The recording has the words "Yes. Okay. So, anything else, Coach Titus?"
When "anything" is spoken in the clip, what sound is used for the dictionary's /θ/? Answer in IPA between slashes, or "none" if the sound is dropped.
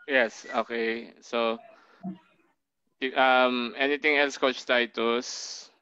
/t/